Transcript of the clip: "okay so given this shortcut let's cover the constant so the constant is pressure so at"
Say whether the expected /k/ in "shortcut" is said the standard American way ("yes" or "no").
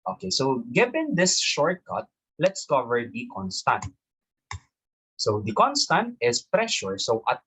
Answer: yes